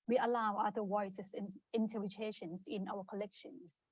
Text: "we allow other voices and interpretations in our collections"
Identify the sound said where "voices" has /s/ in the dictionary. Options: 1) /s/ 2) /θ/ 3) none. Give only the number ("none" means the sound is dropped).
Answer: 3